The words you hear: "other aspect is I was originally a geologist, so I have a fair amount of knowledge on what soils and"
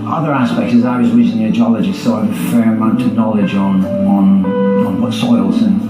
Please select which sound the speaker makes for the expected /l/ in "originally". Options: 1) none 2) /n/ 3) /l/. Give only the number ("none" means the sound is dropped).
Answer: 2